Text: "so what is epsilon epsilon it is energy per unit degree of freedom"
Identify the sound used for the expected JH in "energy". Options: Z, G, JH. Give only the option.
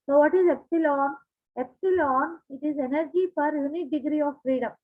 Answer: JH